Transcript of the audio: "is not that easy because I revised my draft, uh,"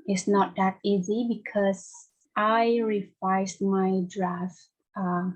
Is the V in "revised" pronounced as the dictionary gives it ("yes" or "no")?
no